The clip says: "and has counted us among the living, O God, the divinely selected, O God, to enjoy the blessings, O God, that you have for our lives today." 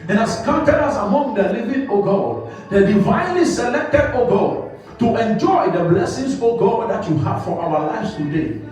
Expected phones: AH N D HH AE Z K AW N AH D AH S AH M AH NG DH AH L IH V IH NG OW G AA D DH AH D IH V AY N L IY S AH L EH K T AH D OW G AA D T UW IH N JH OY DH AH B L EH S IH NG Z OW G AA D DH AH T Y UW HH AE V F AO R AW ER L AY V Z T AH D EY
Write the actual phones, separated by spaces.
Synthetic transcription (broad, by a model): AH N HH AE S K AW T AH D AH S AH M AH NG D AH L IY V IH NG OW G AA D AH D IH V AY N L IY S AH L EH K T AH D OW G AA T UW IH N JH OY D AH B L EH S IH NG S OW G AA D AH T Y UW HH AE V F AO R AW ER L AY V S T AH D EY